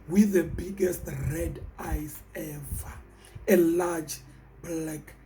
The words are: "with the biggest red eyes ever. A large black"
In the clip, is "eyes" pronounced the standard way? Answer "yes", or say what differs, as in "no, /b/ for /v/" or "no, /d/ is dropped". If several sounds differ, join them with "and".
no, /s/ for /z/